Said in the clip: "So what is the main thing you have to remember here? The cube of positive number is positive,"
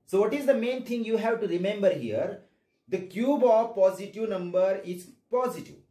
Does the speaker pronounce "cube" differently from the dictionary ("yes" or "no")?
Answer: no